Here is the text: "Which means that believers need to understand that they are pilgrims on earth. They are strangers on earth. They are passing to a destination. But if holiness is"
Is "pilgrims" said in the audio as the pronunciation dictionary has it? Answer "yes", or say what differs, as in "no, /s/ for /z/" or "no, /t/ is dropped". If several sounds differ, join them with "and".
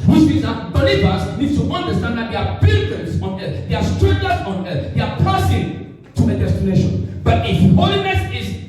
no, /b/ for /p/